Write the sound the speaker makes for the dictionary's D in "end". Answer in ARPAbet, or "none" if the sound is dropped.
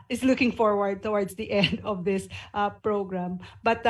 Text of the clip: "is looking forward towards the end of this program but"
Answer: D